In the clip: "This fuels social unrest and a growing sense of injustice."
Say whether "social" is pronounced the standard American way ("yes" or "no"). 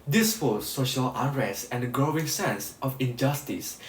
yes